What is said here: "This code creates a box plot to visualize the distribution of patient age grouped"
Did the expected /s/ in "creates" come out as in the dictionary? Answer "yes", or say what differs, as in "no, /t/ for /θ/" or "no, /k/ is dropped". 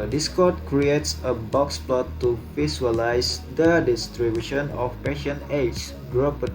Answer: yes